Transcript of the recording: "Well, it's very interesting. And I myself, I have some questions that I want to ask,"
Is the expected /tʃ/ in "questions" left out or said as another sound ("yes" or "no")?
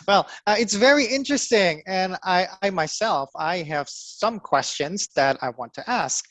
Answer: no